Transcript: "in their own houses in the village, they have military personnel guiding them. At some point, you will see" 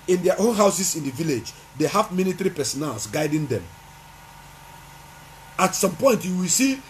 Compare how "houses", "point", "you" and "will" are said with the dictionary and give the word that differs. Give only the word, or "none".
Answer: houses